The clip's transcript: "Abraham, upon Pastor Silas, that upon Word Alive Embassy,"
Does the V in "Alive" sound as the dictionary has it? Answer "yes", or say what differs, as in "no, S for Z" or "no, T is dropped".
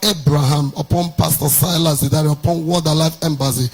no, F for V